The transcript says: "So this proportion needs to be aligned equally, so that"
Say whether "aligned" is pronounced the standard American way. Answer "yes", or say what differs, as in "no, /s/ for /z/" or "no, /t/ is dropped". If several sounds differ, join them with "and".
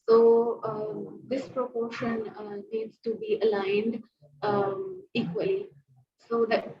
yes